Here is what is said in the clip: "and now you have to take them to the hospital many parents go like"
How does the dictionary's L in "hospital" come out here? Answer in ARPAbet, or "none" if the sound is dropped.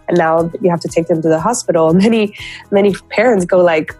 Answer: N